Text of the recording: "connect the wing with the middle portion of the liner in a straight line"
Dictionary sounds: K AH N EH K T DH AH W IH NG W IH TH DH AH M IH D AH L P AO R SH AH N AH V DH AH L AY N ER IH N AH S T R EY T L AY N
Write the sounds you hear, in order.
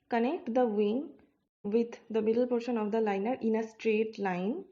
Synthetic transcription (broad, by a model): K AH N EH K T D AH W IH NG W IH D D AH M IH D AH L P AO R SH AH N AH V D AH L AY N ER IH N AH S T R EY T L AY N